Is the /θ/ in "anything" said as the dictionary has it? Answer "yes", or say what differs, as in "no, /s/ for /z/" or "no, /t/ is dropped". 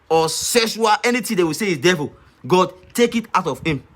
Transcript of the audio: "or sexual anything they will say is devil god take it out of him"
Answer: no, /t/ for /θ/